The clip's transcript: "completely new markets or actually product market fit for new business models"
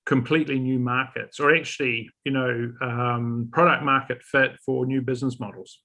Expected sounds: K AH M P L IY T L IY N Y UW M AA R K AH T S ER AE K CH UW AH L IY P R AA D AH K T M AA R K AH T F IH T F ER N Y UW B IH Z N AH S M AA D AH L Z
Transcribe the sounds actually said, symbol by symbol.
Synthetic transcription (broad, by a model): K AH M P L IY T L IY N Y UW M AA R K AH T S ER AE K CH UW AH N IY P R AA D AH K T M AA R K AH T F IH T F ER N Y UW B IH Z N AH S M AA D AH L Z